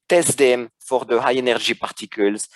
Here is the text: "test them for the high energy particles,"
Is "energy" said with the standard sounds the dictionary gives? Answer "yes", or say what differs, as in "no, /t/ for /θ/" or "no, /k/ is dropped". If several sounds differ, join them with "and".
no, /ʒ/ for /dʒ/